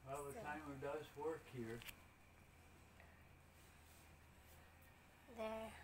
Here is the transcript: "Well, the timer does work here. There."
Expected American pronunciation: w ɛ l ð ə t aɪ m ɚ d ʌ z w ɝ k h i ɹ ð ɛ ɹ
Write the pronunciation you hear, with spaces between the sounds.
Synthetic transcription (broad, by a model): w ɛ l ð ə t aɪ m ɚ d ʌ z w ɝ k h i ɹ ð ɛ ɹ